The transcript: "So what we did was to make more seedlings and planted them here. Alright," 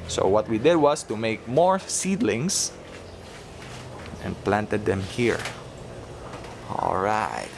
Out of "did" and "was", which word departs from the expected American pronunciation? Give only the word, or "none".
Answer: was